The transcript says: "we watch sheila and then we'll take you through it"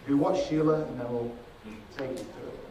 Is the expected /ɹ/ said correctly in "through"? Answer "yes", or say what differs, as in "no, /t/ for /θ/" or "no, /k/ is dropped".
no, /ɹ/ is dropped